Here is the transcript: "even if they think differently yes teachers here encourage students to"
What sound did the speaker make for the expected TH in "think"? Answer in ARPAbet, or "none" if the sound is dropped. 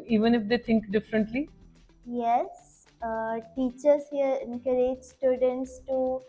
T